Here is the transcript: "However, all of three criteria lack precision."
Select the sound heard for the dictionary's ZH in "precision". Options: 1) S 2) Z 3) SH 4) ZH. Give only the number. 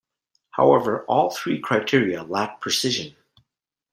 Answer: 4